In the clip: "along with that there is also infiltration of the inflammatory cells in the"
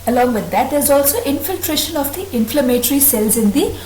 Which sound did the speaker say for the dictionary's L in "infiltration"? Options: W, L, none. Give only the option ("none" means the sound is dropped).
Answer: L